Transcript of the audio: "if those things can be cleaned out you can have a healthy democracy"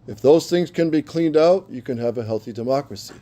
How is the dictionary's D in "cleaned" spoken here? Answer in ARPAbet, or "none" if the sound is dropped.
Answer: D